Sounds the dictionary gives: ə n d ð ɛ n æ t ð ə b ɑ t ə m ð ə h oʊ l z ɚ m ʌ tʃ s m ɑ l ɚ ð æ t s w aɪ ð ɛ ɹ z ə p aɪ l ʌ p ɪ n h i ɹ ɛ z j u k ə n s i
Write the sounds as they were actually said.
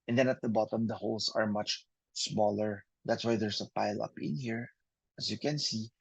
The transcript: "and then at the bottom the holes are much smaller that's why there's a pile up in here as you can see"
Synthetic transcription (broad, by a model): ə n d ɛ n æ t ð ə b ɑ t ə m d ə h oʊ l s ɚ m ʌ tʃ s m ɑ l ɚ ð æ t s w aɪ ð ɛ ɹ s ə p aɪ l ʌ p ɪ n h i ɹ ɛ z j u k ə n s i